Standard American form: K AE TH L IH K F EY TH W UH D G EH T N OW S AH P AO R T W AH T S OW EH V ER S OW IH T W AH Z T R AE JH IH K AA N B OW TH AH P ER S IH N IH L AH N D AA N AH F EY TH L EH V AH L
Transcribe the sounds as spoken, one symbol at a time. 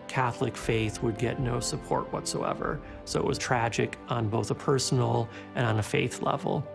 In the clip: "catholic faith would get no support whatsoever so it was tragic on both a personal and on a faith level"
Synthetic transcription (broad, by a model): K AE TH L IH K F EY TH W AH D G EH T N OW S AH P AO R T W AH T S OW EH V ER S OW IH T W AH Z T R AE JH IH K N B OW TH AH P ER S N L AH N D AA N AH F EY TH L EH V L